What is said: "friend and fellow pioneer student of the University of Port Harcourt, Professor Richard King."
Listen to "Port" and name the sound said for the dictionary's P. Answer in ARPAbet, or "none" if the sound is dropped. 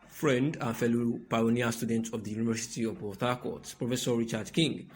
B